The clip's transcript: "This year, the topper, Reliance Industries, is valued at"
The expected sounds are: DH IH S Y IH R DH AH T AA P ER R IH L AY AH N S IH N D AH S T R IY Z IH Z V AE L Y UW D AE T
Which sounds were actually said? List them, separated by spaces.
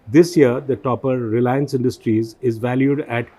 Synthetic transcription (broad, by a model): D IH S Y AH R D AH T AA P ER R IH L AY AH N S IH N D AH S T R IY Z IH Z V AE L Y UW D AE T